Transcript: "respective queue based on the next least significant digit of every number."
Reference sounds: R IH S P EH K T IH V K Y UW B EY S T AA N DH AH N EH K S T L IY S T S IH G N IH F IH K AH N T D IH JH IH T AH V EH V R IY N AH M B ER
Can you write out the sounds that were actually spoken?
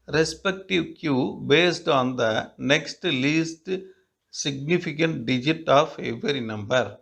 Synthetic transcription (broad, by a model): R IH S P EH K T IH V K Y UW B EY S T AA N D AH N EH K S T L IY S T S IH G N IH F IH K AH N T D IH JH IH T AH V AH R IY N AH M B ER